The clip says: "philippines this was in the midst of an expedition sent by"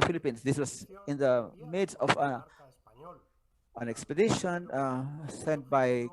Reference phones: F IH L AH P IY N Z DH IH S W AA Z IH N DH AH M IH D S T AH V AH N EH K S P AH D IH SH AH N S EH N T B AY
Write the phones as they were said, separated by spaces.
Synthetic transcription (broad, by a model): F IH L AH P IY N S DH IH S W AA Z IH N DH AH M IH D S AH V AH N EH K S P AH D IH SH AH N S EH N T B AY